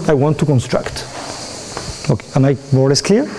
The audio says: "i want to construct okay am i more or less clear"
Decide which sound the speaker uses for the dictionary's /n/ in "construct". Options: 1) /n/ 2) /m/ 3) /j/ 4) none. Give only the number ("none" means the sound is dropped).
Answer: 1